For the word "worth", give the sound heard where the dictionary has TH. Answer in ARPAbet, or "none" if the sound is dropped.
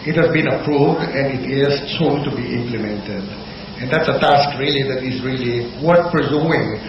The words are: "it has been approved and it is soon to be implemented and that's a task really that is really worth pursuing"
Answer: T